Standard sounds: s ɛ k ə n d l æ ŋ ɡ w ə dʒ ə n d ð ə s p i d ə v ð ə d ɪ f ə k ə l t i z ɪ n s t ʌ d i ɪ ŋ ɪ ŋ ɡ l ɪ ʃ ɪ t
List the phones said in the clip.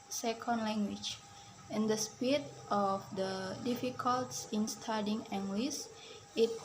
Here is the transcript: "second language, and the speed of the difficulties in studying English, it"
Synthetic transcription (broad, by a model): s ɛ k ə n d l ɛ ŋ ɡ w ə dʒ ə n d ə s p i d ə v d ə d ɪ f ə k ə l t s ɪ n s t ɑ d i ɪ ŋ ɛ ŋ ɡ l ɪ s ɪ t